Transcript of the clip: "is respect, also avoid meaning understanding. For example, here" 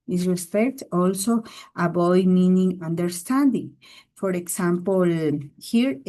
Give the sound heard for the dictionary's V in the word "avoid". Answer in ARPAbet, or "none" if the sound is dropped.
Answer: B